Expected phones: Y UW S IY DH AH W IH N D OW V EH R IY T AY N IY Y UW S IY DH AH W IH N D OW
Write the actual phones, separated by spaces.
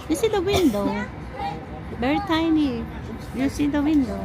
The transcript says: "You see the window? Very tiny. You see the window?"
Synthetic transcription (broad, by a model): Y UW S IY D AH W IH N D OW B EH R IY T AY N IY Y UW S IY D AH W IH N D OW